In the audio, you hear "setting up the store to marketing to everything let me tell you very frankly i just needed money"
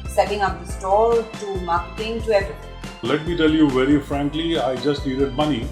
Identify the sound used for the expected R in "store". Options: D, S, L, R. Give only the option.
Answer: L